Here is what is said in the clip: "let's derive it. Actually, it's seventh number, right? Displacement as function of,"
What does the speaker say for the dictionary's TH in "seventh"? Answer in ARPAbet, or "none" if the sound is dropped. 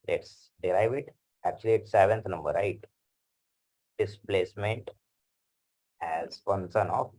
T